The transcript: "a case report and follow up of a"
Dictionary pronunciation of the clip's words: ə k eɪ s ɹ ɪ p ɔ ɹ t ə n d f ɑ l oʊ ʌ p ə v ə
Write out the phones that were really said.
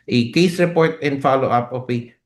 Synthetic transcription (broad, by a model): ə k eɪ s ɹ ɪ p ɔ ɹ t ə n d f ɑ l oʊ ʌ p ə p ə